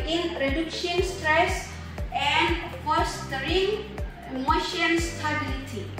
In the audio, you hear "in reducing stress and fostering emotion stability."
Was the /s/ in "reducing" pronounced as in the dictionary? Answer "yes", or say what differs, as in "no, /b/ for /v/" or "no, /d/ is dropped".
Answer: no, /ʃ/ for /s/